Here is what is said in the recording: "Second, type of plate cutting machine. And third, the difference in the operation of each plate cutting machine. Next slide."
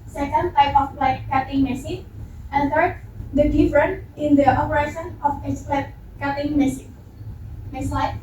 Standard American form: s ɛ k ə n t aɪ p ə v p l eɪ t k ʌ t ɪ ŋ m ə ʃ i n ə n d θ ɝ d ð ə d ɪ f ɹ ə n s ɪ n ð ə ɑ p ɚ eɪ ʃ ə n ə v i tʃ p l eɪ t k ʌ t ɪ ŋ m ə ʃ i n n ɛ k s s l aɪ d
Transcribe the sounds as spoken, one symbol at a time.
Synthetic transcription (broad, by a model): s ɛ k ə n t aɪ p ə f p l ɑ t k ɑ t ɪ ŋ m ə s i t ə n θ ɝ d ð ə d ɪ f ɹ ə n ɪ n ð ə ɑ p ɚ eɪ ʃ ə n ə f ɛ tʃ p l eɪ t k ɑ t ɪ ŋ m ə s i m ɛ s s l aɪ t